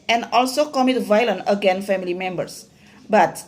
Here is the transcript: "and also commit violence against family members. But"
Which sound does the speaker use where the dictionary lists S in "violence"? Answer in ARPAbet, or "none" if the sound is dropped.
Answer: none